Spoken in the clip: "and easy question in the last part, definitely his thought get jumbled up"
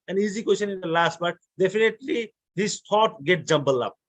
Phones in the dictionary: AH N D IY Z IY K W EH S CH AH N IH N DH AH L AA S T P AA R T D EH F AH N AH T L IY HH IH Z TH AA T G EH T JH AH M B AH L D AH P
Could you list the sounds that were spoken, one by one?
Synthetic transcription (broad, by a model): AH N IY Z IY K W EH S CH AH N IH N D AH L AA S T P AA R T D EH F AH N AH T L IY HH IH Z T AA T G EH T JH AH M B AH L AH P